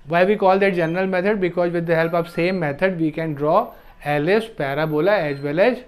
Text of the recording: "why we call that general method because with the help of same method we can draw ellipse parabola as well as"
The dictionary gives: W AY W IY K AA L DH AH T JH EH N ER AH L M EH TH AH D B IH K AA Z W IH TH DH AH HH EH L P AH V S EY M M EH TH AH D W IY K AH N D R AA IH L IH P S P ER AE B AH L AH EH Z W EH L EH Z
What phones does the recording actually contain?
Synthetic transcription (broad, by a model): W AY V IY K AA L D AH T JH EH N ER AH L M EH T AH D B IH K AA Z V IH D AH HH EH L P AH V S EY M M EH T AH D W IY K AH N D R AA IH L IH S P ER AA B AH L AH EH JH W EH L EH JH